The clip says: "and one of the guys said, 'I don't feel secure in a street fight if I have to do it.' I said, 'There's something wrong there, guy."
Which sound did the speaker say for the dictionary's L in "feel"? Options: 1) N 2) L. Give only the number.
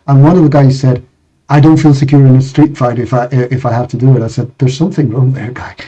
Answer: 2